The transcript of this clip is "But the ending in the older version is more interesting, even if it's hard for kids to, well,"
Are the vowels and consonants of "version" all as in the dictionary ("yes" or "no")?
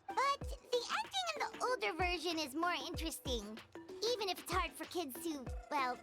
yes